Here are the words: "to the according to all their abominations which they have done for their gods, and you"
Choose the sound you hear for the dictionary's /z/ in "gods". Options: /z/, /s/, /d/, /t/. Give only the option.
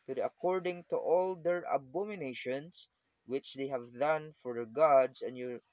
/s/